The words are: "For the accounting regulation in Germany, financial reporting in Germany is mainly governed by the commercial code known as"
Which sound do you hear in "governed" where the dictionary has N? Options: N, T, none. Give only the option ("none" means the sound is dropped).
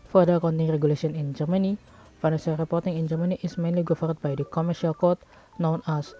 none